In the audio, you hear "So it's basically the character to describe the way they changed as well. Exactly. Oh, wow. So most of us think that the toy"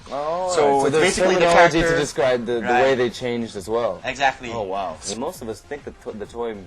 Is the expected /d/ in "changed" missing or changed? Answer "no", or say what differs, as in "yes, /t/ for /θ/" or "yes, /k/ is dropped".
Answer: no